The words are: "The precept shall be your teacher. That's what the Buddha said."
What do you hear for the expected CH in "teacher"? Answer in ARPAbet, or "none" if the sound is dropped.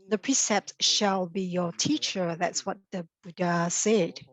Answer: CH